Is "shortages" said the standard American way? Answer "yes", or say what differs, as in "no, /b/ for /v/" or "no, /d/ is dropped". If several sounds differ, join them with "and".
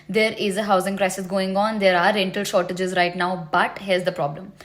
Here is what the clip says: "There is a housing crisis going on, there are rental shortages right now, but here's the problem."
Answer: yes